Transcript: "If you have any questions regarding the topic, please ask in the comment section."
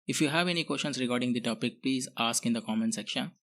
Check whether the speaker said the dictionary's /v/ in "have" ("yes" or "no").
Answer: yes